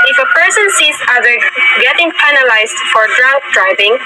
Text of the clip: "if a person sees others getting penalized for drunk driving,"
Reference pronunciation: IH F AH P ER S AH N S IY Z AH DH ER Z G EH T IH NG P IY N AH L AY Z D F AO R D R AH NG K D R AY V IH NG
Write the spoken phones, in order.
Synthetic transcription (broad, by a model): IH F AH P ER S AH N S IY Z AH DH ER G EH T IH NG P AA N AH L AY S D F AO R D R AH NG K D R AY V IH NG